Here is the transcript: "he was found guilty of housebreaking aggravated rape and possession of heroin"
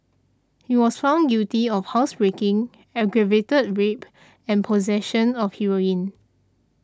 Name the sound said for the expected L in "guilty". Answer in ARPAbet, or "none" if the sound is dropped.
none